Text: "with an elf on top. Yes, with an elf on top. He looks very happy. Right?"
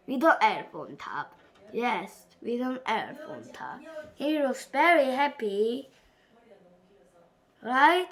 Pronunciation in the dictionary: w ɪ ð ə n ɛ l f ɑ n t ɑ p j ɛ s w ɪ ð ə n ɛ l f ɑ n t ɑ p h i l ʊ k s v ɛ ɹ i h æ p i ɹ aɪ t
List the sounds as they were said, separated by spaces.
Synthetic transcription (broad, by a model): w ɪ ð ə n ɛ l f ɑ n t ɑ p j ɛ s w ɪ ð ə n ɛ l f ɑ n t ɑ p h i w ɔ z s v ɛ ɹ i h æ p i ɹ aɪ t